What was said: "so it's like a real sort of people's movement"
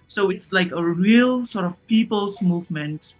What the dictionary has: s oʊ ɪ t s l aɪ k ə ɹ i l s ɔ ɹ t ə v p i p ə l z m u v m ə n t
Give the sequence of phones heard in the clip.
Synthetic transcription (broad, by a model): s oʊ ɪ t s l aɪ k ə ɹ i l s ɔ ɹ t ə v p i p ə l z m u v m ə n t